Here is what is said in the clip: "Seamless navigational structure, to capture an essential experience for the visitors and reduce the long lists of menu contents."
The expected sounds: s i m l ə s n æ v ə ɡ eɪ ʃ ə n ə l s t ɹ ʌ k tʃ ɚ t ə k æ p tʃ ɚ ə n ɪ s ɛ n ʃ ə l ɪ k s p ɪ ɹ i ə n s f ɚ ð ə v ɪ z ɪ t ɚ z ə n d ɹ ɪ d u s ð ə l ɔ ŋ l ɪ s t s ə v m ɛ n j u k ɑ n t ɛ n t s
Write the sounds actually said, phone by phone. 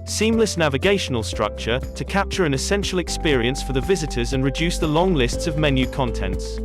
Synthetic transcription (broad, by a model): s i m l ə s n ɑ v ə ɡ eɪ ʃ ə n ə l s t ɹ ʌ k tʃ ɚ t ə k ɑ p tʃ ɚ ə n ɪ s ɛ n ʃ ə l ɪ k s p ɪ ɹ i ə n s f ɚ ð ə v ɪ z ɪ t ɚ z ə n ɹ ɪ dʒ u s ð ə l ɔ ŋ l ɪ s t s ə v m ɛ n j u k ɑ n t ɛ n t s